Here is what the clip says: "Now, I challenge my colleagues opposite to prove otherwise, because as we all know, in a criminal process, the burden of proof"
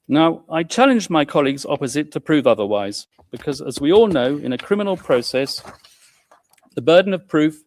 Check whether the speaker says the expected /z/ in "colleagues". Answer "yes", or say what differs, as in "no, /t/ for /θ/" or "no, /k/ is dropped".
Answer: yes